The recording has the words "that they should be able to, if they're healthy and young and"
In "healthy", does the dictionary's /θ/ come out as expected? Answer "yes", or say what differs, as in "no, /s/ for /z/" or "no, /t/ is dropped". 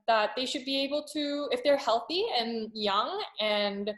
yes